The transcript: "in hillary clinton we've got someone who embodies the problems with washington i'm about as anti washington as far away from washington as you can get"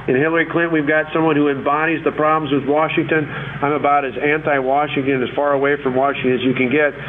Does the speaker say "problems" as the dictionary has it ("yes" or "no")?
yes